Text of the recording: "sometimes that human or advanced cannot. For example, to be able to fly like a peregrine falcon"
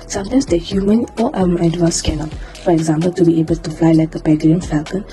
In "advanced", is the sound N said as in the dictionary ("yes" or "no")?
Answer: no